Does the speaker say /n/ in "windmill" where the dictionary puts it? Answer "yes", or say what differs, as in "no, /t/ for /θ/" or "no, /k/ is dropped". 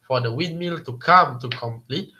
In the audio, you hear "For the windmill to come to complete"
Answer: no, /n/ is dropped